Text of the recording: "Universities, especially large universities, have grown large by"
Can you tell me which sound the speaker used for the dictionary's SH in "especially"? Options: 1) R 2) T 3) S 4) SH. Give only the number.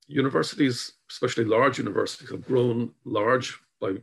4